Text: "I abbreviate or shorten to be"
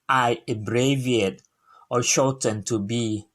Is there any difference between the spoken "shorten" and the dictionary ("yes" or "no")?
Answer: yes